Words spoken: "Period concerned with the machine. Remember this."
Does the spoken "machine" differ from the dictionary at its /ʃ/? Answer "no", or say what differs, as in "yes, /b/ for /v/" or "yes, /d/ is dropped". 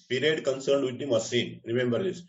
yes, /s/ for /ʃ/